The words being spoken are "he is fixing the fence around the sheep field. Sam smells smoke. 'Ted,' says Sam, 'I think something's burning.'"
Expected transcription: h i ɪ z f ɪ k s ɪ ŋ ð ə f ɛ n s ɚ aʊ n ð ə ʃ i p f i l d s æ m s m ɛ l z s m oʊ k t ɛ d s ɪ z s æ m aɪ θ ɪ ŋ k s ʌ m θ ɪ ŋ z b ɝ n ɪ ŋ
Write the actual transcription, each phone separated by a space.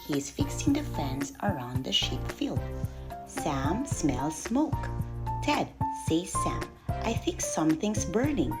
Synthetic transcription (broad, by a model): h i ɪ z f ɪ k s ɪ ŋ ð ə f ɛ n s ɚ aʊ n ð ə ʃ i p f i l d s æ m s m ɛ l s m oʊ k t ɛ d s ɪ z s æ m aɪ θ ɪ ŋ k s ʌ m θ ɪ ŋ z b ɝ n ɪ ŋ